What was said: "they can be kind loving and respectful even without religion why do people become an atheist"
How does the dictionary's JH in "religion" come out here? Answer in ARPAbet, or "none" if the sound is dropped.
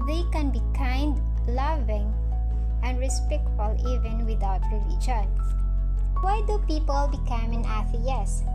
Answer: CH